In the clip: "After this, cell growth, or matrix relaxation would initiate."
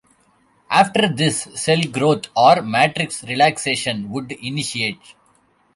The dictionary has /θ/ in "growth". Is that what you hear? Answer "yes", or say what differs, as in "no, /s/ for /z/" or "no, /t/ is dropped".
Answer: no, /t/ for /θ/